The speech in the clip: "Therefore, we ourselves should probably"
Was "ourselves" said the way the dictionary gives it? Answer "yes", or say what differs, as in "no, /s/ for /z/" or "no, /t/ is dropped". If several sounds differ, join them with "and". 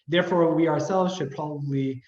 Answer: yes